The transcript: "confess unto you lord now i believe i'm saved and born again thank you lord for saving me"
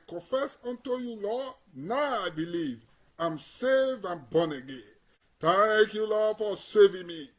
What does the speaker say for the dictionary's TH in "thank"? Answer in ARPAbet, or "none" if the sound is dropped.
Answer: T